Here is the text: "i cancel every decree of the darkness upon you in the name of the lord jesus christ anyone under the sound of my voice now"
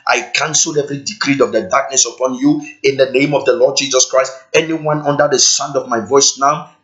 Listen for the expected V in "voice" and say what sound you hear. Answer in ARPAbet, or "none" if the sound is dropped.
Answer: V